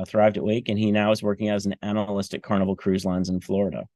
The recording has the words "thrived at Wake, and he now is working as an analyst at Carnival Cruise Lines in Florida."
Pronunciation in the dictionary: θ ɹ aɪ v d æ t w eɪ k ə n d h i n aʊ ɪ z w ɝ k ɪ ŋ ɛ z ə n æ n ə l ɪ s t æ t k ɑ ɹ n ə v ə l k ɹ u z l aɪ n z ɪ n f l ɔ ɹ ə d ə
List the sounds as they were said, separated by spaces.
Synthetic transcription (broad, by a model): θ ɹ aɪ v d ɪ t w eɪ k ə n i n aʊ ɪ z w ɝ k ɪ ŋ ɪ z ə n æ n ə l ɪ s t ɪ k ɑ ɹ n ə v l k ɹ u z l aɪ n z ɪ n f l ɔ ɹ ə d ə